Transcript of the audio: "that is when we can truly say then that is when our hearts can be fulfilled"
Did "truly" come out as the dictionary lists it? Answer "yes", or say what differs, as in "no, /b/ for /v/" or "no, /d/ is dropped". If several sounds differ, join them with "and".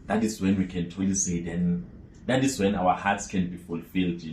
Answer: no, /ɹ/ is dropped